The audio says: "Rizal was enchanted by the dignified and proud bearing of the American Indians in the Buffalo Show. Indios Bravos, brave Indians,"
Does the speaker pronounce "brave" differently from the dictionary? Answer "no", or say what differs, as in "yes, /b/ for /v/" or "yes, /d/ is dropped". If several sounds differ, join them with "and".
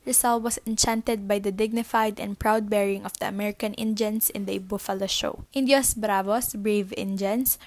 no